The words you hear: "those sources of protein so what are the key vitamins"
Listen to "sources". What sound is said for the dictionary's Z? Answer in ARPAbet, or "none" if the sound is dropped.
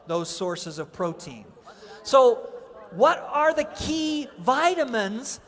Z